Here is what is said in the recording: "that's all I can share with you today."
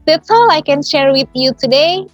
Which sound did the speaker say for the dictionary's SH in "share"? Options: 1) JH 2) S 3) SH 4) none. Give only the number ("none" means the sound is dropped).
3